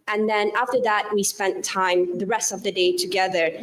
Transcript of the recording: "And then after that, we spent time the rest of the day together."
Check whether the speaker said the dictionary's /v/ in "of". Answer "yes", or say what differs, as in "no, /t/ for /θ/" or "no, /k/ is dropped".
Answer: yes